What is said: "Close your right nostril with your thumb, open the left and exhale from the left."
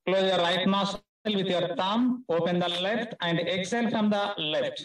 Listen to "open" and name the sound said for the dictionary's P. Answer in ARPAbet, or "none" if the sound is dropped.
P